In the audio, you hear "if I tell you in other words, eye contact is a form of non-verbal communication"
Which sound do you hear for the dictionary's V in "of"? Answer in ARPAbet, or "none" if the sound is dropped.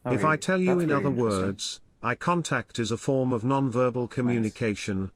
V